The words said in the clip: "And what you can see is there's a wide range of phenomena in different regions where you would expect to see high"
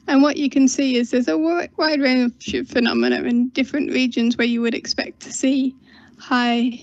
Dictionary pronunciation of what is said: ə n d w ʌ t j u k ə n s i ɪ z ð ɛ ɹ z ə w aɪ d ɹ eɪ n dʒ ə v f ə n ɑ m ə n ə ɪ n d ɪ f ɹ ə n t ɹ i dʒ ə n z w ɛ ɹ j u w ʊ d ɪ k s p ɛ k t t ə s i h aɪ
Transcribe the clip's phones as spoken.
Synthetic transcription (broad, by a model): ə n w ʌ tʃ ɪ k ə n s i ɪ z ð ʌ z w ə w aɪ d ɹ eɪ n ʃ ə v f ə n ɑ m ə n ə ɪ n d ɪ f ɹ ə n t ɹ i dʒ ə n z w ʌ ɹ j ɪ w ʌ d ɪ k s p ɛ k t t ə s i h aɪ